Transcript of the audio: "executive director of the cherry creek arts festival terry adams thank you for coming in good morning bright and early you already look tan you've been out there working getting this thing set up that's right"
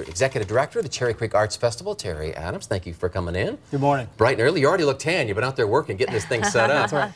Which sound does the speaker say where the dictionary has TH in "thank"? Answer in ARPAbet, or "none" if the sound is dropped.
TH